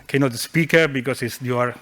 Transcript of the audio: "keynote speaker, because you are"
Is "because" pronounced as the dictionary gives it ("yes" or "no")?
no